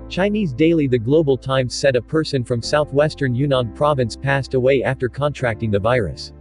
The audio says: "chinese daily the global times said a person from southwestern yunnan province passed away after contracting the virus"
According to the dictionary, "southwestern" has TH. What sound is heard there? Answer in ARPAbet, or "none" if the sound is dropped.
TH